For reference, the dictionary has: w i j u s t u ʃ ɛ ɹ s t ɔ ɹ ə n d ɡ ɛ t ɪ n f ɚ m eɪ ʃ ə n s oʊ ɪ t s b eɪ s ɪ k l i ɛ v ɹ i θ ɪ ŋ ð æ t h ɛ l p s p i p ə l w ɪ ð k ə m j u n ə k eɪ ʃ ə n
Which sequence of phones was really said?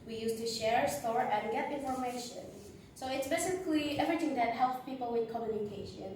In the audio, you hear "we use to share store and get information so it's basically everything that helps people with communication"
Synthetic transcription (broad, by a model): w i j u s t u ʃ ɛ ɹ s t ɔ ɹ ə n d ɡ ɛ t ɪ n f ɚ m eɪ ʃ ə n s oʊ ɪ t s b eɪ s ɪ k l i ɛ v ɹ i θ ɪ ŋ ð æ t h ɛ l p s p i p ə l w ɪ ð k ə m j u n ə k eɪ ʃ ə n